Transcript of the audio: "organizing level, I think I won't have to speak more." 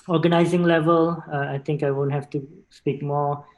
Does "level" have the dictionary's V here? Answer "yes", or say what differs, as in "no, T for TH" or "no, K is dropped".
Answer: yes